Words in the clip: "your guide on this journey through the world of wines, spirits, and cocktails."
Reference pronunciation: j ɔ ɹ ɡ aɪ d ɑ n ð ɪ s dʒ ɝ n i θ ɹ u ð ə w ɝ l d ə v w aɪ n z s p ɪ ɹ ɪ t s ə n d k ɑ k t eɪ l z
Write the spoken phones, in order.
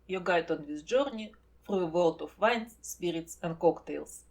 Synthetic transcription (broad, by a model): j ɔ ɡ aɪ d ɑ n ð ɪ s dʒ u n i f ɹ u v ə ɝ l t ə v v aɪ n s p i ɹ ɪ t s ə n d k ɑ k t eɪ l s